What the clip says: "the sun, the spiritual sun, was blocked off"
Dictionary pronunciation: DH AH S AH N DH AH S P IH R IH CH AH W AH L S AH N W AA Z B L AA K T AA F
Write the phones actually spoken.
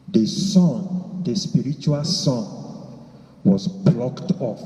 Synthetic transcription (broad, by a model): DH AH S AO N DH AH S P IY R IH CH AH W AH L S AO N W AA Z B L AA K T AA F